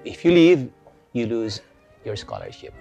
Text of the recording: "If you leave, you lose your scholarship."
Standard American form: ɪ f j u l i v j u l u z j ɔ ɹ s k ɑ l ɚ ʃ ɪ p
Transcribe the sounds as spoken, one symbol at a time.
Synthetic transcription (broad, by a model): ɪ f j u l i v j u l u z j ɔ ɹ s k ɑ l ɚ ʃ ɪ p